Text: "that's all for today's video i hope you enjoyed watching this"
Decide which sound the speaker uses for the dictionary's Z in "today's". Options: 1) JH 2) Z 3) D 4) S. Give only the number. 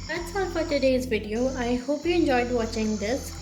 2